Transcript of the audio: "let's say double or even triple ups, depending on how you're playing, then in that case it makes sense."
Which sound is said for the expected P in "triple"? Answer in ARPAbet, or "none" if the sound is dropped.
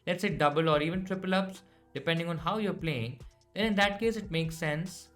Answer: P